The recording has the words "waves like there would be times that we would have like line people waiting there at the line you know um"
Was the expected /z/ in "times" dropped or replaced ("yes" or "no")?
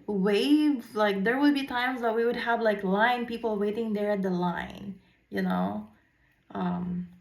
no